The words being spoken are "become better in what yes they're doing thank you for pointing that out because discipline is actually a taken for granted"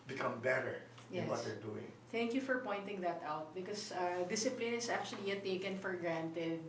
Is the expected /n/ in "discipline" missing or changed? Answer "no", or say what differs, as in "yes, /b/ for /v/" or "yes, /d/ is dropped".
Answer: no